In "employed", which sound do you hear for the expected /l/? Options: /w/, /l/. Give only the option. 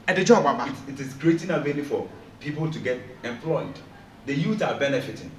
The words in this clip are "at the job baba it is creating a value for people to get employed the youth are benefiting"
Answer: /l/